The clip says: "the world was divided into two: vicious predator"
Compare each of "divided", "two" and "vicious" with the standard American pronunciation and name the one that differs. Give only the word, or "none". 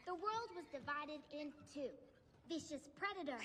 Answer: none